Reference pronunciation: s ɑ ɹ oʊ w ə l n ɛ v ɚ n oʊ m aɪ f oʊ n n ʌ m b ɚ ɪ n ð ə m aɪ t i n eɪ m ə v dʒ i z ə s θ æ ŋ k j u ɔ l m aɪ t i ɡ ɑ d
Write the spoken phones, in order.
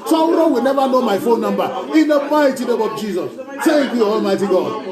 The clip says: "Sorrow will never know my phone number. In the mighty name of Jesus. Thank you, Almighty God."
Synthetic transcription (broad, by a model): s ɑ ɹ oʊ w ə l n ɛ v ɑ n oʊ m aɪ f oʊ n n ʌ m b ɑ ɪ n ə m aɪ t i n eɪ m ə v dʒ i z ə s s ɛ k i ɔ l m aɪ t i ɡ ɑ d